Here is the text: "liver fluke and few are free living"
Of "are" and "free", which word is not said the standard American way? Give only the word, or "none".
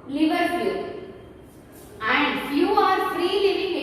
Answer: none